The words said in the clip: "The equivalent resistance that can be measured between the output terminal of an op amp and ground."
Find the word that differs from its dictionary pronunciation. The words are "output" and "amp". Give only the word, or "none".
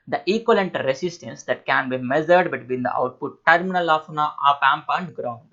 none